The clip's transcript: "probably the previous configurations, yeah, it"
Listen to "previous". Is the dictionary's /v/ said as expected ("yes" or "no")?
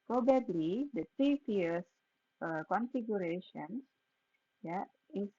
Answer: no